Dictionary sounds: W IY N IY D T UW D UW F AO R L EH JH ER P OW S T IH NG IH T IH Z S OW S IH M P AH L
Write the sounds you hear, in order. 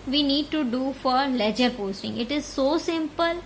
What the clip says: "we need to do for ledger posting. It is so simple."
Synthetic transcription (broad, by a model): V IY N IY D T UW D UW F AO R L EH JH ER P OW S T IH NG IH T IH Z S OW S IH M P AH L